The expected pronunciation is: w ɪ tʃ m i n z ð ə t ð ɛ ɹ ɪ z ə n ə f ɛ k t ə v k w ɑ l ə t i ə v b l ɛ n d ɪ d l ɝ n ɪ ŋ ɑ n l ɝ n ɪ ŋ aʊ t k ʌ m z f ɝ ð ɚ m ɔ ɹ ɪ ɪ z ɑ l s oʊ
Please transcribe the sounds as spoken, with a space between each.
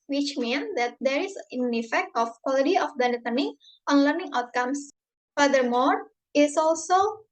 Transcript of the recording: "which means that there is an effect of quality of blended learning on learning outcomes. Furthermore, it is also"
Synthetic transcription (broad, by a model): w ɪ tʃ m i n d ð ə t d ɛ ɹ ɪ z ə n ə f ɛ k t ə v k w ɑ l ə t i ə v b ɛ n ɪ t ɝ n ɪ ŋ ɑ n l ɝ n ɪ ŋ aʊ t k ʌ m s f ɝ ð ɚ m ɔ ɹ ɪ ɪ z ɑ l s oʊ